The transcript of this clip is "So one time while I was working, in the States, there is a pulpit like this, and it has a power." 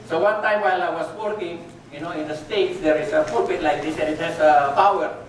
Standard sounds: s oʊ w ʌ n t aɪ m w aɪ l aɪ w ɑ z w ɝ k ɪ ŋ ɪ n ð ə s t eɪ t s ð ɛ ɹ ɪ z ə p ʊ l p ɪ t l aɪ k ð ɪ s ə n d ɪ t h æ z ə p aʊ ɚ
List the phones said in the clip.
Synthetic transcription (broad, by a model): s oʊ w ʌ n t aɪ m w aɪ l aɪ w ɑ s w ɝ k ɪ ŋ ɪ n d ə s t eɪ t s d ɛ ɹ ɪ s ə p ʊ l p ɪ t l aɪ k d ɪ s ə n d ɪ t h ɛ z ə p aʊ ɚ